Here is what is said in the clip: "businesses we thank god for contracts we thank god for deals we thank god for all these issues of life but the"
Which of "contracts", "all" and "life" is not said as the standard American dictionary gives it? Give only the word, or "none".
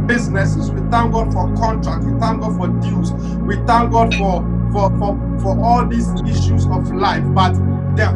contracts